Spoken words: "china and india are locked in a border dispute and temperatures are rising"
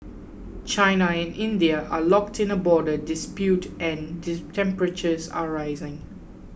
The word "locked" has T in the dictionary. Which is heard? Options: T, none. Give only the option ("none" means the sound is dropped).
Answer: T